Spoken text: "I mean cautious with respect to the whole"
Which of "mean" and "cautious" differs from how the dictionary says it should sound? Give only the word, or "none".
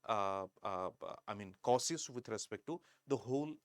cautious